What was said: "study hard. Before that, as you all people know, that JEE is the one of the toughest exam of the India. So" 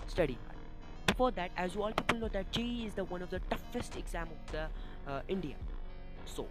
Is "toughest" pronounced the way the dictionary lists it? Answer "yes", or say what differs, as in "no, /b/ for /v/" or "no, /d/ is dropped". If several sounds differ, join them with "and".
yes